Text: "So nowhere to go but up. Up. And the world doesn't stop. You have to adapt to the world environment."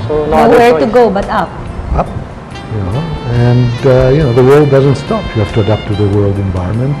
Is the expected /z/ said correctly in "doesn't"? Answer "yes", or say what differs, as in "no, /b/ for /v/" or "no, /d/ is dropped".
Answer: yes